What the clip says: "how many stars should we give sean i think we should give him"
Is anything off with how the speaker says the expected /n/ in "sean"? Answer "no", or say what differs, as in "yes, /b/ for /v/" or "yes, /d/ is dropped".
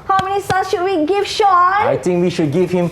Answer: yes, /n/ is dropped